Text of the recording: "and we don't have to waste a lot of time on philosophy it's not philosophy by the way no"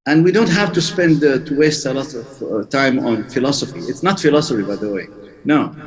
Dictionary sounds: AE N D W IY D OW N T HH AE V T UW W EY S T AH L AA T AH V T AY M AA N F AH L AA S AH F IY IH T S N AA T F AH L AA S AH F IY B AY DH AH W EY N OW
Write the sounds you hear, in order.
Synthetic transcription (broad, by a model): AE N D W IY D OW N T HH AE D T UW W EY S T AH L AA T AH V T AY M AA N F AH L AA S AH F IY IH T S N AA T F AH L AA S AH F IY B AY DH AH W EY N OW